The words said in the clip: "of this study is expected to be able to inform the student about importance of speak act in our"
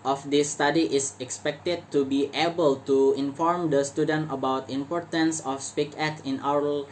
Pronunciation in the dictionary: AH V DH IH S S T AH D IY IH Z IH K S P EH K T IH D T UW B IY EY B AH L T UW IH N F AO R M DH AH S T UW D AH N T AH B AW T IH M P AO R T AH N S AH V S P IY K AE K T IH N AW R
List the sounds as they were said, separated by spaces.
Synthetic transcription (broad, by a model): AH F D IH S S T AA D IY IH S IH K S P EH K T IH D T UW B IY EY B AH L T UW IH N F AO R M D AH S T UW D AH N T AH B AW T IH M P AO R T AH N S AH F S P IY K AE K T IH N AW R